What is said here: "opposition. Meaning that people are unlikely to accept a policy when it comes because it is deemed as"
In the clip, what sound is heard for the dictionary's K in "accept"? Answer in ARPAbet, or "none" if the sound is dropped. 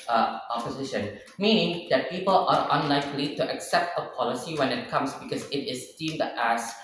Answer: K